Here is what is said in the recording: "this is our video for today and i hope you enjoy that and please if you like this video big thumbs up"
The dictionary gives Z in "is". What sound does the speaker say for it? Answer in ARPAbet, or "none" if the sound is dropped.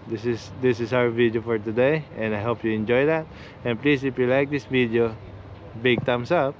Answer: S